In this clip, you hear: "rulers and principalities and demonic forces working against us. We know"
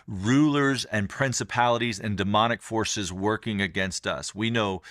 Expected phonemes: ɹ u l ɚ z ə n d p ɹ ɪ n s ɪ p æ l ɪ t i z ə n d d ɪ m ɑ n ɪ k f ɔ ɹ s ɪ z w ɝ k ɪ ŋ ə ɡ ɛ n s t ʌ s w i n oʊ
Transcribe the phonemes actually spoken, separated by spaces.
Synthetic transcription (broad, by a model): ɹ u l ɚ z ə n p ɹ ɪ n s ɪ p æ l ɪ t i z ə n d d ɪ m ɑ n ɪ k f ɔ ɹ s ɪ z w ɝ k ɪ ŋ ə ɡ ɛ n s t ʌ s w i n oʊ